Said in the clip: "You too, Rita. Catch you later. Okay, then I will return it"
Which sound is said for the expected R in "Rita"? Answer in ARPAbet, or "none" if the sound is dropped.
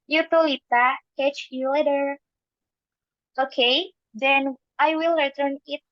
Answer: L